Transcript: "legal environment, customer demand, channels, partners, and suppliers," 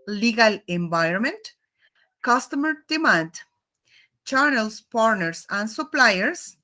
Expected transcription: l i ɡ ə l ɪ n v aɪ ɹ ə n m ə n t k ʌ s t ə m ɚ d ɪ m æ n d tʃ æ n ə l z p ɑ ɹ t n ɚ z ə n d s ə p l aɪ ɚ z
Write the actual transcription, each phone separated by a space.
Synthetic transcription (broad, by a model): l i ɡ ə l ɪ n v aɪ ɹ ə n m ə n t k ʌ s t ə m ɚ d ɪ m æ n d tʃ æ n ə l s p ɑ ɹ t n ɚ s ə n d s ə p l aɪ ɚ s